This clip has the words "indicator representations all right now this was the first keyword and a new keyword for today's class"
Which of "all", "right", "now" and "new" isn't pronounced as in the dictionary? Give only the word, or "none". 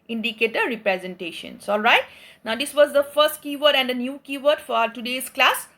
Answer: none